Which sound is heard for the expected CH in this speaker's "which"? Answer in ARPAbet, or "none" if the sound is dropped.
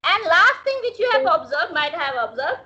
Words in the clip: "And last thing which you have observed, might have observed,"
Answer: CH